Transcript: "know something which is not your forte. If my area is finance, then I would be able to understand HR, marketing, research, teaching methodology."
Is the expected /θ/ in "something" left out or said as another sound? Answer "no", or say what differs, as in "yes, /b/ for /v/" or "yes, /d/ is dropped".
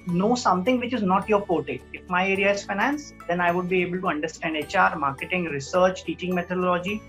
yes, /t/ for /θ/